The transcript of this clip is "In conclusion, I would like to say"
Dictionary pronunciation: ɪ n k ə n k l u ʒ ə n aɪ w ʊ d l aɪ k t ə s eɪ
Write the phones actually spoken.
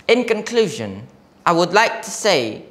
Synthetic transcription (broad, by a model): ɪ n k ə n k l u ʒ ə n aɪ w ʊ d l aɪ k t ə s eɪ